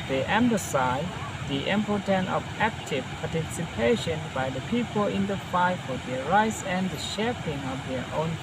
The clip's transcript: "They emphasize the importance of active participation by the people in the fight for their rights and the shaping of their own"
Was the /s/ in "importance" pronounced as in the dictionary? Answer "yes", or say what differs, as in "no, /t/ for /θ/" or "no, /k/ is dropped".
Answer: no, /s/ is dropped